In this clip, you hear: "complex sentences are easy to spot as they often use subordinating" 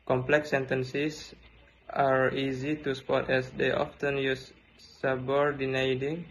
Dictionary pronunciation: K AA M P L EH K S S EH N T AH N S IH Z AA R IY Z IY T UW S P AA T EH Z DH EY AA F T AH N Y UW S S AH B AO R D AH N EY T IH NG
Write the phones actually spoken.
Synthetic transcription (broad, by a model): K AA M P L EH K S S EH N T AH N S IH S AA R IY Z IY T UW S P AA T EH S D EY AA F T AH N Y UW S S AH B AO R D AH N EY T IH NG